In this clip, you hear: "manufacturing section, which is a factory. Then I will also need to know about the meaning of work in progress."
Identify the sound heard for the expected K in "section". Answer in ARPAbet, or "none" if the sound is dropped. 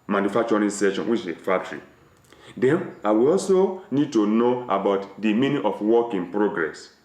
none